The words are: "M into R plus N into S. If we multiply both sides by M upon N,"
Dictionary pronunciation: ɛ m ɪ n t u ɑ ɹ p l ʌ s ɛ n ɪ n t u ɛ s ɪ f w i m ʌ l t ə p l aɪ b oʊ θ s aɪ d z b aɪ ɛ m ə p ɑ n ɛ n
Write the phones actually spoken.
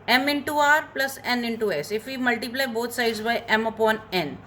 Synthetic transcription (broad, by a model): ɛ m ɪ n t u ɑ ɹ p l ʌ s ɛ n ɪ n t u ɛ s ɪ f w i m ʌ l t ə p l aɪ b oʊ t s aɪ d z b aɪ ɛ m ə p ɑ n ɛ n